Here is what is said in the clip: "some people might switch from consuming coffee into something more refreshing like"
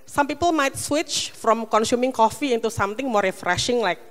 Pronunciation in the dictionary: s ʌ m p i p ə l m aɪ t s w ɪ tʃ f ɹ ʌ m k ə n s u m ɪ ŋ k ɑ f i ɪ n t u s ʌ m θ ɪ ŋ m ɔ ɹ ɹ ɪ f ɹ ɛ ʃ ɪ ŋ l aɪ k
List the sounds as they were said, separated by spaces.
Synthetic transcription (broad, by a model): s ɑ m p i p ə l m aɪ t s w ɪ tʃ f ɹ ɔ m k ə n s u m ɪ ŋ k ɑ f i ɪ n t u s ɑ m t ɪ ŋ m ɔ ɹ ɹ ɪ f ɹ ɛ ʃ ɪ ŋ l aɪ k